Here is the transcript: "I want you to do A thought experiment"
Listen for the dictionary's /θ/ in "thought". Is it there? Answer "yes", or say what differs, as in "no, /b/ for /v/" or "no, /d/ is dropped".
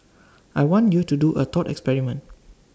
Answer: no, /t/ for /θ/